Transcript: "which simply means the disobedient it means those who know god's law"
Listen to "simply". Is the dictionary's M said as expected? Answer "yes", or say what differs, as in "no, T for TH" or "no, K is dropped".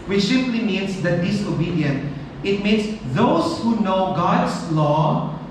no, M is dropped